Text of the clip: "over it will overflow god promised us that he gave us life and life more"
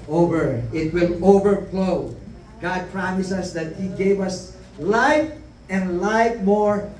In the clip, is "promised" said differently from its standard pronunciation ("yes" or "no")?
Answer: yes